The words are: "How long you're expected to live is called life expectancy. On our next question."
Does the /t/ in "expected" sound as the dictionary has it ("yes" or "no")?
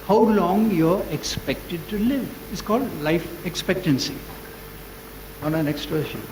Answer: yes